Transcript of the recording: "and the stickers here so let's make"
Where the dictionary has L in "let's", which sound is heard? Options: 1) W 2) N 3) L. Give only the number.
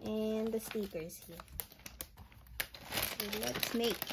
1